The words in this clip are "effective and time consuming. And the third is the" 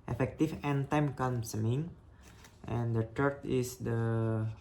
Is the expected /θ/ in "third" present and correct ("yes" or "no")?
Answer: no